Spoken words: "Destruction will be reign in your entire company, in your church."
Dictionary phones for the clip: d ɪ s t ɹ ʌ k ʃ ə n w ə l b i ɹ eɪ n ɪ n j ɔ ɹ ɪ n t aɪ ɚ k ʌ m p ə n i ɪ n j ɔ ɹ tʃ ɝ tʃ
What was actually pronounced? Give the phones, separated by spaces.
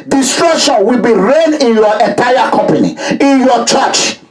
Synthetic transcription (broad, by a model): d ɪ s t ɹ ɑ k ʃ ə n w ə l b i ɹ eɪ n ɪ n j ɔ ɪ n t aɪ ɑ k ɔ m p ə n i ɪ n j ɔ tʃ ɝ tʃ